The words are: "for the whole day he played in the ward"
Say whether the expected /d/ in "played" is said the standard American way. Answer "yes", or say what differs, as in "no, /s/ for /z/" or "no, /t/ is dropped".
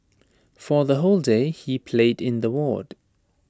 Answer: yes